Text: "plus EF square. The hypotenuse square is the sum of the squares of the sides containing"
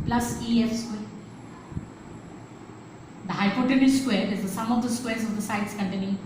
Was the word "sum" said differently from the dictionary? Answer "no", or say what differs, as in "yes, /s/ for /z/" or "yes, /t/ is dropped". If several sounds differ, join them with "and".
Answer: no